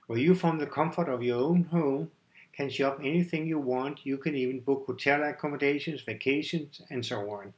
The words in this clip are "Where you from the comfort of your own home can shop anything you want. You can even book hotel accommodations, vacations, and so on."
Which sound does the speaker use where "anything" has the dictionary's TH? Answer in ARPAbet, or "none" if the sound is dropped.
TH